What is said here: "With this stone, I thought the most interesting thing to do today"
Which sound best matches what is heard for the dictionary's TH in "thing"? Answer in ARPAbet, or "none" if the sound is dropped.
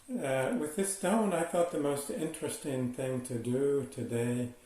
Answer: TH